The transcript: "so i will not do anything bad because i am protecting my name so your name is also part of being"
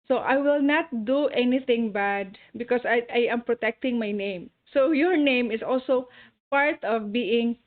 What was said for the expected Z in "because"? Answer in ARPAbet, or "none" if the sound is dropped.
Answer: S